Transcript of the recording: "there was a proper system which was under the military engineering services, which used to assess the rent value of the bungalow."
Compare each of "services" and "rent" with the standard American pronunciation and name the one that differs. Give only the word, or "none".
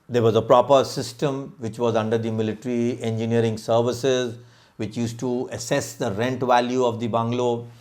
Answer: none